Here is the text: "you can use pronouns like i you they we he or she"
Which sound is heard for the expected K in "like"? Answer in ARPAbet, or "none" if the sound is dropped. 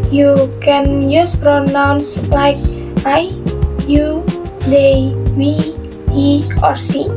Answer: K